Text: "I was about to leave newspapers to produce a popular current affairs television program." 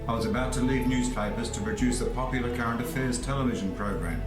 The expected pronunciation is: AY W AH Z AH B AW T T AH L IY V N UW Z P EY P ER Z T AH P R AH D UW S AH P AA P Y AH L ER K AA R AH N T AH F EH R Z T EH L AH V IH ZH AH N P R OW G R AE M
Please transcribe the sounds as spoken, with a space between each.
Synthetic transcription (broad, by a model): AY W AH Z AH B AW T T AH L IY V N UW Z P EY P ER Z T AH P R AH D UW S AH P AA P Y L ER K AA R AH N T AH F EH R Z T EH L AH V IH ZH AH N P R OW G R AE M